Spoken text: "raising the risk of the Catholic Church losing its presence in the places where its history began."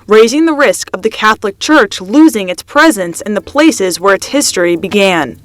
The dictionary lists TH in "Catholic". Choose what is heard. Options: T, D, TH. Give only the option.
TH